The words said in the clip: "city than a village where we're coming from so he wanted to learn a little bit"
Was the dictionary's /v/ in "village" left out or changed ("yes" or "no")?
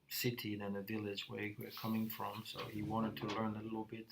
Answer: no